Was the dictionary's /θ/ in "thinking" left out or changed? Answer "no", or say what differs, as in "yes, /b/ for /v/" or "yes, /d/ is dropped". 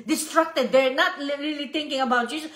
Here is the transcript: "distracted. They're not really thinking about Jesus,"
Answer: yes, /t/ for /θ/